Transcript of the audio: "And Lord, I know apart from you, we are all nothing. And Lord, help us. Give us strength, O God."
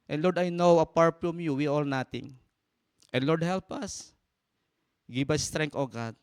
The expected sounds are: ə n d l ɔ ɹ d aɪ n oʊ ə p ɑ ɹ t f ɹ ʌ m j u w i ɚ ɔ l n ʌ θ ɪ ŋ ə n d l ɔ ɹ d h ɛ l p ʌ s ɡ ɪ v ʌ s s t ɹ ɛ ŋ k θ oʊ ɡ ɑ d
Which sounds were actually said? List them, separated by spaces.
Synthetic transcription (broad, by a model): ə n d l ɔ ɹ d aɪ n oʊ ə p ɑ ɹ t f ɹ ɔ m j u w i ɔ l n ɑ t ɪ ŋ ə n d l ɔ ɹ d h ɛ l p ʌ s ɡ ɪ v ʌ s s t ɹ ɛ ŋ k t oʊ ɡ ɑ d